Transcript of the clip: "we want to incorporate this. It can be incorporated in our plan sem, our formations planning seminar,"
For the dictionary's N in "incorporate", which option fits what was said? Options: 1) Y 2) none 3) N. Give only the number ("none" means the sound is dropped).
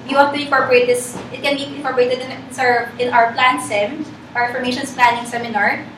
2